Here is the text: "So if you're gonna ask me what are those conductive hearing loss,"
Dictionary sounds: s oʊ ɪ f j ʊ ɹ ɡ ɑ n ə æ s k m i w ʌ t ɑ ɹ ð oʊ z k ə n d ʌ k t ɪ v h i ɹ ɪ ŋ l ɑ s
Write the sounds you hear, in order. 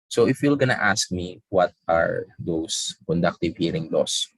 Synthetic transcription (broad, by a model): s oʊ ɪ f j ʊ l ɡ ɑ n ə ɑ s k m i w ʌ t ɑ ɹ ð oʊ s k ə n d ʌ k t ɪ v h i ɹ ɪ ŋ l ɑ s